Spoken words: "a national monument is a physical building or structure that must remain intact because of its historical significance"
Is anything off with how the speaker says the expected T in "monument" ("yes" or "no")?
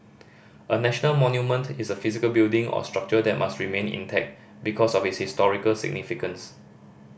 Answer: no